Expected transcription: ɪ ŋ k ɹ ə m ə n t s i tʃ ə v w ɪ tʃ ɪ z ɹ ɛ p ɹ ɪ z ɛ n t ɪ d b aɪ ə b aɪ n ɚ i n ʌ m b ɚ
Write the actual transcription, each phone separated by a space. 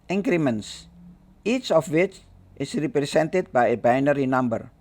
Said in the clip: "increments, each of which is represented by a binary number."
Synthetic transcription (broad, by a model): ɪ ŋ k ɹ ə m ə n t s i tʃ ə f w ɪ tʃ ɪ s ɹ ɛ p ɹ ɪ s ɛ n t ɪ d b aɪ ə b aɪ n ɚ i n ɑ m b ɚ